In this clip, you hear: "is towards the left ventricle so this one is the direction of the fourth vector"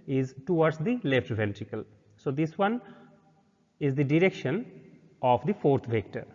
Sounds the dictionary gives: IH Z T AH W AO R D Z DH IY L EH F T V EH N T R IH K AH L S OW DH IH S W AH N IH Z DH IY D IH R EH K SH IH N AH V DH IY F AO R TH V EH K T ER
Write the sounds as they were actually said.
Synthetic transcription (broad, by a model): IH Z T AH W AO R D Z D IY L EH F T V EH N T R IH K AH L S OW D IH S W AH N IH Z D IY D IH R EH K SH IH N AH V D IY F AO R T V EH K T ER